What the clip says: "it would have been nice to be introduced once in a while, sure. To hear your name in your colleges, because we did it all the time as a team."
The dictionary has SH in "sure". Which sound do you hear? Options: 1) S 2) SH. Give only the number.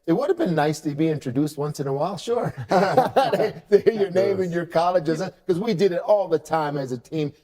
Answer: 2